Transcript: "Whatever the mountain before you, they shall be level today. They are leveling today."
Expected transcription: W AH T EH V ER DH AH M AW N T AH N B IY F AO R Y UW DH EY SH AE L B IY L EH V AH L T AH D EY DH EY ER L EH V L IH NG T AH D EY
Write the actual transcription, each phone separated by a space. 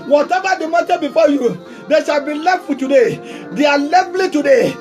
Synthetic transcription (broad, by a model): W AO T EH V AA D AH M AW T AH B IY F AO Y UW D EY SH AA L B IY L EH F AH T AH D EY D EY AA L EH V L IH T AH D EY